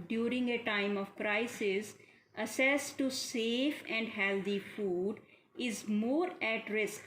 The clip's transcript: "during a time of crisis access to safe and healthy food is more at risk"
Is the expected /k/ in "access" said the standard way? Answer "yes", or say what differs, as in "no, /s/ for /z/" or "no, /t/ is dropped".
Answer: no, /k/ is dropped